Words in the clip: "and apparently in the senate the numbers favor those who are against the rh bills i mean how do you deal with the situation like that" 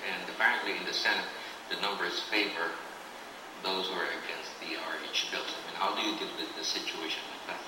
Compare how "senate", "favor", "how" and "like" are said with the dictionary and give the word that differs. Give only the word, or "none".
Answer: none